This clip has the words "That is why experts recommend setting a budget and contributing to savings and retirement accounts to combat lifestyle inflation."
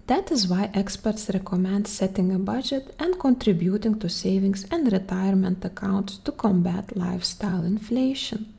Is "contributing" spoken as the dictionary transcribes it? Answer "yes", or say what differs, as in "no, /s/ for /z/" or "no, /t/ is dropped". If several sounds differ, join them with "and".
yes